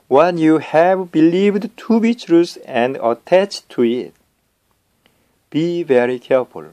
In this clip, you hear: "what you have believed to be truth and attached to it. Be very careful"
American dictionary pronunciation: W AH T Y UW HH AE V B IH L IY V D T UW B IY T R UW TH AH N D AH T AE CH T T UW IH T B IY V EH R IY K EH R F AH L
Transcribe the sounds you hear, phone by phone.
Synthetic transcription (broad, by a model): W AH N Y UW HH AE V B IH L IY V D T UW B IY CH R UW S AH N D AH T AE CH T T UW IH T B IY V EH R IY K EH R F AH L